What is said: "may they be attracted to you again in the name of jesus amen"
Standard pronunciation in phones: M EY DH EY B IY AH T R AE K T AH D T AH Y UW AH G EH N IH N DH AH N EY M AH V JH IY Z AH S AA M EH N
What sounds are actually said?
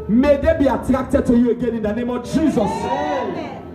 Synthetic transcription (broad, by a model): M EY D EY B IY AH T R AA K T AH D T AH Y UW AH G EH N IH N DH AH N EY M AH V JH IY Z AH S